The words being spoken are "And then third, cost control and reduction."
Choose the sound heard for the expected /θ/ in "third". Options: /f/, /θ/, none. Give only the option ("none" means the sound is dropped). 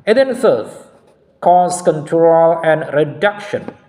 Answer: /f/